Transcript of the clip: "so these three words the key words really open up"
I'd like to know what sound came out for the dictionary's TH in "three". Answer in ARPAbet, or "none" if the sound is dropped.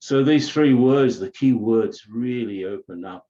TH